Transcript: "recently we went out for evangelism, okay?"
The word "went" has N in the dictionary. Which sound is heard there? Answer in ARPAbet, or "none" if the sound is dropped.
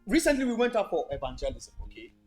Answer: N